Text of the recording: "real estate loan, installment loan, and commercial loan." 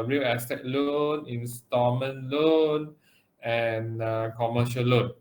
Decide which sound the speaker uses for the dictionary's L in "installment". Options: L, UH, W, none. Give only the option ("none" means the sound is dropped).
none